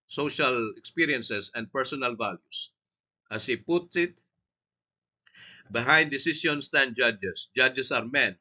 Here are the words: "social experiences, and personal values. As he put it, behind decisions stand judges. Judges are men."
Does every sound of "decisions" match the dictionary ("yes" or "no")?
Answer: no